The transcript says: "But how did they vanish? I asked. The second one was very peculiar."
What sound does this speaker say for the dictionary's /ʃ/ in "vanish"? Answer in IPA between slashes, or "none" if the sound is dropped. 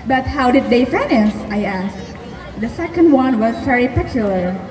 /s/